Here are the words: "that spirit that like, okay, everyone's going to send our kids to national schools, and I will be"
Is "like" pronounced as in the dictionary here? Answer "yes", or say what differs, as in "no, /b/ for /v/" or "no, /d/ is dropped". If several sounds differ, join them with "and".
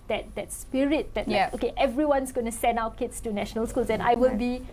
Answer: no, /k/ is dropped